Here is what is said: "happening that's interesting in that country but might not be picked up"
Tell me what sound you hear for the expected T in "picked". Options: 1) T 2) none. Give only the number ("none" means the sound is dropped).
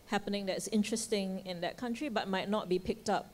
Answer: 1